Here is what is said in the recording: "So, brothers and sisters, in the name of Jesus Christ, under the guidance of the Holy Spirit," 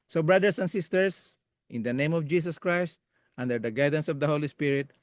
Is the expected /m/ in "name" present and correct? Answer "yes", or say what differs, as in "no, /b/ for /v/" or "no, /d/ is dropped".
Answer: yes